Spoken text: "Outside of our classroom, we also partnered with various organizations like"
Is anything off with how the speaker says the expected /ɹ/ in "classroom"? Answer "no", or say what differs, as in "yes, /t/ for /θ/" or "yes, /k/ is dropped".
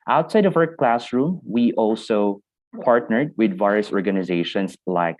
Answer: no